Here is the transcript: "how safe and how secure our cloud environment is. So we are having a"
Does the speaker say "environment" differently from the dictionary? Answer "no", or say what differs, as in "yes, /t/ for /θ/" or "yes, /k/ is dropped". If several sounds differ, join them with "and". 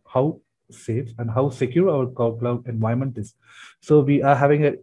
yes, /ɹ/ is dropped